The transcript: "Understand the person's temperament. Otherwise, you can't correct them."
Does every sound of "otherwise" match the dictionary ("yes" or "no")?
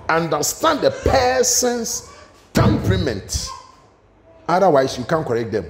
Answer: no